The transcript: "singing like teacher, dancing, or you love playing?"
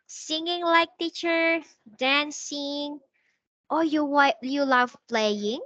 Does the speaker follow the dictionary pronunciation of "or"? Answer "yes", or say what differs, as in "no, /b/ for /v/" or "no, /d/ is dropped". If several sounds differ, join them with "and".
no, /w/ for /ɹ/